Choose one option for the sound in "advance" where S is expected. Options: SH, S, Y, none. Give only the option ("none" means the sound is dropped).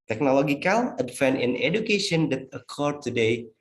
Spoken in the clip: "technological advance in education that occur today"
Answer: none